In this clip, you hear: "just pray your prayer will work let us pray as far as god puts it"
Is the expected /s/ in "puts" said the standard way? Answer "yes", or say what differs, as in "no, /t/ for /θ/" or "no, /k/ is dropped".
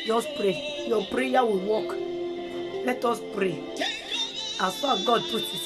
no, /s/ is dropped